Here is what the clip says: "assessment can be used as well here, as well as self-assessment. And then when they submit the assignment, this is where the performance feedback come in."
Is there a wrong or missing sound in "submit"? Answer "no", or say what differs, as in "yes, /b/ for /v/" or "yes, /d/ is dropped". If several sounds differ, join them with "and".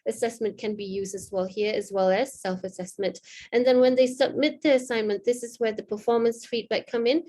no